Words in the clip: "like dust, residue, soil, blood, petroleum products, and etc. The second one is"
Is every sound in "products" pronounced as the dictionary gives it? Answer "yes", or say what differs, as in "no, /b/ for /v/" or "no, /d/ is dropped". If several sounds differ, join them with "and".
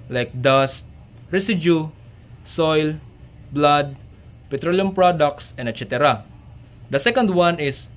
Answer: yes